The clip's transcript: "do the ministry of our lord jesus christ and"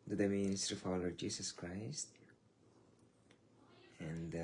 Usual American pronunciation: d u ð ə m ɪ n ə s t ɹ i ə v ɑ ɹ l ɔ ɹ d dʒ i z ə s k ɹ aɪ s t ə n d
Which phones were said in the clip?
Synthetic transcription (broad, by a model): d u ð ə m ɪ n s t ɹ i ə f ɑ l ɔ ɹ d dʒ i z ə s k ɹ aɪ s t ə n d